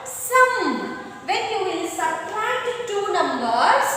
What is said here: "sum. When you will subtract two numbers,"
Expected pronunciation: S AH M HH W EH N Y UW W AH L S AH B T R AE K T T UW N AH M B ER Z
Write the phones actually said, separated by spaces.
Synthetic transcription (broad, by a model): S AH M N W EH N Y UW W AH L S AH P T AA T T UW N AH M B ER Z